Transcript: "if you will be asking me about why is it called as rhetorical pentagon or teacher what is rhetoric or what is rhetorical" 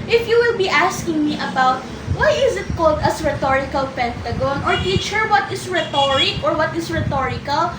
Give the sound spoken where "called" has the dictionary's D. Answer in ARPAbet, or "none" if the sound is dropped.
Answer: D